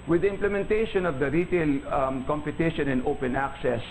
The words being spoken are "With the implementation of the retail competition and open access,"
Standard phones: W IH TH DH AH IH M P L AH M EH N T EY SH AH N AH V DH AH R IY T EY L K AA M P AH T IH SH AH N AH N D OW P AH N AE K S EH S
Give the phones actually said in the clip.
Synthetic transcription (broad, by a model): W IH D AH IH M P L AH M EH N T EY SH AH N AH V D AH R IY T EY L K AA M P AH T IH SH AH N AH N OW P AH N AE K S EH S